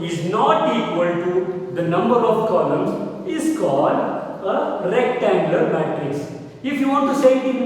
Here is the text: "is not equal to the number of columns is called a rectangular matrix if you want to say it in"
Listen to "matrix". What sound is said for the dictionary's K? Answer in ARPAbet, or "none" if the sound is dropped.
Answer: none